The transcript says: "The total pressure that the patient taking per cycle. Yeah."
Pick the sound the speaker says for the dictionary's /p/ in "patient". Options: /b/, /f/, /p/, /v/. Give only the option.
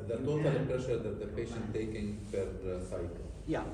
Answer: /p/